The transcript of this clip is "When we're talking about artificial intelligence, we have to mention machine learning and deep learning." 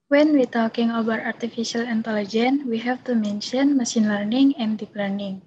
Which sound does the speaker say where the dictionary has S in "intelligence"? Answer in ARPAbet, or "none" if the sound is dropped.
none